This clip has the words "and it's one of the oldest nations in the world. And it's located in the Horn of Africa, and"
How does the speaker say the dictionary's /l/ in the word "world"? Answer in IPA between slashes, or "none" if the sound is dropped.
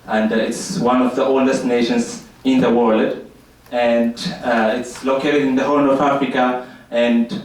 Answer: /l/